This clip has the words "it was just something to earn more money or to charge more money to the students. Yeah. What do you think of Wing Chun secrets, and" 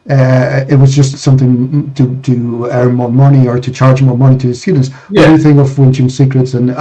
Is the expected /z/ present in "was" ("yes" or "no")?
yes